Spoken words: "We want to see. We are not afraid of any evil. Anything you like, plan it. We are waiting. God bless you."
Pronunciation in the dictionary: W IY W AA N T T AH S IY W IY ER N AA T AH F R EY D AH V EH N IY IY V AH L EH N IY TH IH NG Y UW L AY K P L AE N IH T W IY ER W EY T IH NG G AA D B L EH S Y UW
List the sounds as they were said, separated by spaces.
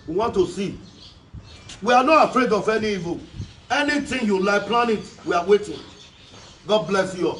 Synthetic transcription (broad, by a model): W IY W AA N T T AH S IY W IY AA N AA T AH F R EY D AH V EH N IY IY V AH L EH N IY T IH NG Y UW L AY P L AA N IH T W IY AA W EY T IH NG G AA D B L EH S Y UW